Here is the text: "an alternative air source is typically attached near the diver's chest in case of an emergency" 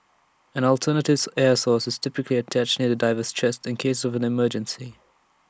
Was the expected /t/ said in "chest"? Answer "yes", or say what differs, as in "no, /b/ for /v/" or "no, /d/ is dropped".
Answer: yes